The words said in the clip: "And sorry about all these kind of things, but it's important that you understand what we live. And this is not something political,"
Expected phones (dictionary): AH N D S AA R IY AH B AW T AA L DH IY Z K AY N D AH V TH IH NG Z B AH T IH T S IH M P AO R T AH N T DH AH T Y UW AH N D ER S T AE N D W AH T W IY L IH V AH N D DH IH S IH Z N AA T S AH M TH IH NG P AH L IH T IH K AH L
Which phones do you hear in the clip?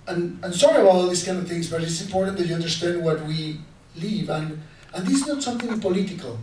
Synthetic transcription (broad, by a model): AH N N S AA R IY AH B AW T AA L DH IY S K AY N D AH V TH IH NG Z B AH T IH T S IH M P AO R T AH N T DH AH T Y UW AH N D ER S T AE N D W AH T W IY L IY V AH N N DH IH S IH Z N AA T S AH M TH IH NG P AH L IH T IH K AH L